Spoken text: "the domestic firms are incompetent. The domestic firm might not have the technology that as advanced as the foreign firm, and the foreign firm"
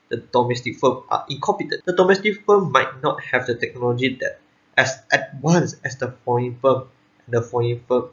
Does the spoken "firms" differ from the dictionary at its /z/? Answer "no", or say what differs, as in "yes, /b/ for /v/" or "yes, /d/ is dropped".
yes, /z/ is dropped